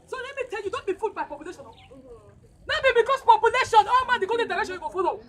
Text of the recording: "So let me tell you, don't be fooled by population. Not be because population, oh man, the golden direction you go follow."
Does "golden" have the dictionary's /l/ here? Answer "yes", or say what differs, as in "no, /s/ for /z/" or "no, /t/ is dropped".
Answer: no, /l/ is dropped